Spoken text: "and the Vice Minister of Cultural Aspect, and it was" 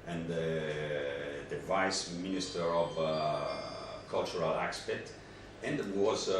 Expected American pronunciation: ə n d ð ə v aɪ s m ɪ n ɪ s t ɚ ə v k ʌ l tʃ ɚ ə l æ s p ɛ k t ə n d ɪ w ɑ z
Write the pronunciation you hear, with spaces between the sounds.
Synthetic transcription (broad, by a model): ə n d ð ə v aɪ s m ɪ n ɪ s t ɚ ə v k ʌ l tʃ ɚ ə l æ s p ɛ t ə n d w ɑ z